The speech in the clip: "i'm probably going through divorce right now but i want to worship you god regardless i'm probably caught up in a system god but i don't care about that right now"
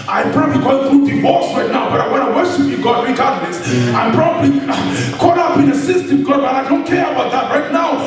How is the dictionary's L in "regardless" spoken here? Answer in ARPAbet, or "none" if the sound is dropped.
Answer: N